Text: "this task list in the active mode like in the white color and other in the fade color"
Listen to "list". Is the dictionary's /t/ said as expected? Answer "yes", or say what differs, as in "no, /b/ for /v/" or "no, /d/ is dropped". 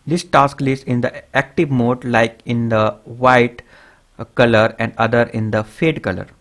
no, /t/ is dropped